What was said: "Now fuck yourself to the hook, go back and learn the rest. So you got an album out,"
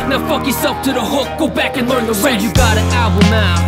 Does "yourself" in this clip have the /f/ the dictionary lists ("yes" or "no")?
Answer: no